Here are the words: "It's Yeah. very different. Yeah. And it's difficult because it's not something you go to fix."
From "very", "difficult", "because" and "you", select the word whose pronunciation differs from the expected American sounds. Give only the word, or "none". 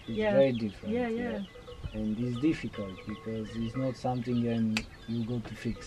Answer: none